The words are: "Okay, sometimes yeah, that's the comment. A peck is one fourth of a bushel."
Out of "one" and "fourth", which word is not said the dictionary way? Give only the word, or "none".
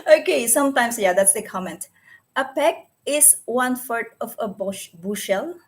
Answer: fourth